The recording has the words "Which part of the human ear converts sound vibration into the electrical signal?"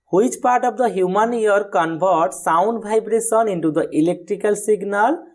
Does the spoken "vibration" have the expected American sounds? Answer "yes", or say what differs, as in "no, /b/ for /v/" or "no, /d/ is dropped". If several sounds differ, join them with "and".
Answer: no, /b/ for /v/ and /s/ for /ʃ/